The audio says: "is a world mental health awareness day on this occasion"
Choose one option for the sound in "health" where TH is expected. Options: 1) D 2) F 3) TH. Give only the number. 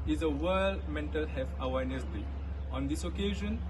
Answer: 2